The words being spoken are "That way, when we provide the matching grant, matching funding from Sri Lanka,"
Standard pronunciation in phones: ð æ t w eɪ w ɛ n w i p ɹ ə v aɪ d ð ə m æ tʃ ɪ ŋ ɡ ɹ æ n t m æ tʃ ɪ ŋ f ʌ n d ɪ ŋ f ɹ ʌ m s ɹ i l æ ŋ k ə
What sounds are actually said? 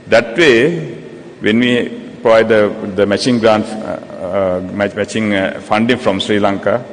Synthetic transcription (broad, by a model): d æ t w eɪ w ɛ n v i p ɹ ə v aɪ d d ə m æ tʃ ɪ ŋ ɡ ɹ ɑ n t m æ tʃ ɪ ŋ f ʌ n d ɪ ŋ f ɹ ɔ m s ɹ i l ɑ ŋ k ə